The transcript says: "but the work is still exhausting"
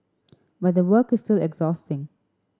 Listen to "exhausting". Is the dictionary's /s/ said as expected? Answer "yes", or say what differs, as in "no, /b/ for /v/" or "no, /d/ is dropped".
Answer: yes